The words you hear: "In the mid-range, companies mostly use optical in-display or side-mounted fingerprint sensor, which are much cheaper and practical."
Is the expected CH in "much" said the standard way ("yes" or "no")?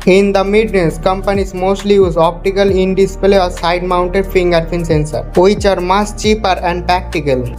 no